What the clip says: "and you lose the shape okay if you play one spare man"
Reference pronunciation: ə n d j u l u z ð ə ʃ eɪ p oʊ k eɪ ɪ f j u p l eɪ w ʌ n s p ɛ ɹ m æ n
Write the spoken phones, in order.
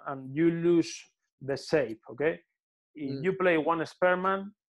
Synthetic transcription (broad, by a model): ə n j u l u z ð ə s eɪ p oʊ k eɪ ɪ f j u p l eɪ w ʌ n s p ɛ ɹ m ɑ n